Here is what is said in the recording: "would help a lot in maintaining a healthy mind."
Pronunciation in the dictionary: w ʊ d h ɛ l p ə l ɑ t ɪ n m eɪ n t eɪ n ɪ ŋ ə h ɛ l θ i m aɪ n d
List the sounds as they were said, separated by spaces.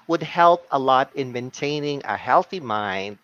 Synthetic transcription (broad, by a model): w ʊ d h ɛ l p ə l ɑ t ɪ n m eɪ n t eɪ n ɪ ŋ ə h ɛ l θ i m aɪ n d